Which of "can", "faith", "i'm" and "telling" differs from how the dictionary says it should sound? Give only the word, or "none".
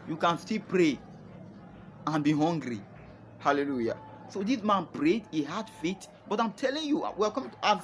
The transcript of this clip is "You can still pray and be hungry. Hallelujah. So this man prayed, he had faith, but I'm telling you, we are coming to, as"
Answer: faith